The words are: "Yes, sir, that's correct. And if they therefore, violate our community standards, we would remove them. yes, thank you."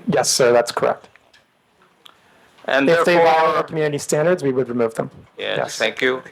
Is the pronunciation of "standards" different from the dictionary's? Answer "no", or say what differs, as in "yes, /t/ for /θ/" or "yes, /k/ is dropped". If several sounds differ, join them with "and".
no